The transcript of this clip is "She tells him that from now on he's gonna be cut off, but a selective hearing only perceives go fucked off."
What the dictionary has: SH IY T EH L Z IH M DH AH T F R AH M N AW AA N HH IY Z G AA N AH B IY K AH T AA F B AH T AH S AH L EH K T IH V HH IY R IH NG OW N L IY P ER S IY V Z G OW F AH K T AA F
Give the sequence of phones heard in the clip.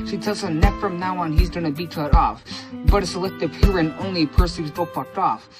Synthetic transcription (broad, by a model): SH IY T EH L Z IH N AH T F R AH M N AW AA N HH IY Z G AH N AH B IY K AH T AA F B AH T AH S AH L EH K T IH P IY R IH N OW N L IY P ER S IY Z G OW P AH K T AA F